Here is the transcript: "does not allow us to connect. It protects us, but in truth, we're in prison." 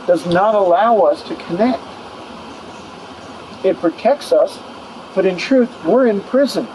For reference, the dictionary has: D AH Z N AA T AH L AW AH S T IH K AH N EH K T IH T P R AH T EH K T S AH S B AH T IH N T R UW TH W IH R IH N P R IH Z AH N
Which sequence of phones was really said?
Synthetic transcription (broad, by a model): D AH Z N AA T AH L AW AH S T IH K AH N EH K T IH T P R AH T EH K T S AH S B AH T IH N T R UW TH W IH R IH N P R IH Z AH N